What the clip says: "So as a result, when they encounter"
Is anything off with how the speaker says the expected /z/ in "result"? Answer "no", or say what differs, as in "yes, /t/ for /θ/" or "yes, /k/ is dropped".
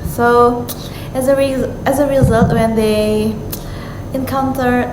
no